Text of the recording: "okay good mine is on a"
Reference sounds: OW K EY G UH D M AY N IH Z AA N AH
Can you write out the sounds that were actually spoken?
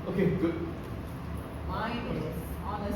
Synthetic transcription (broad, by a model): OW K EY G UH D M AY IH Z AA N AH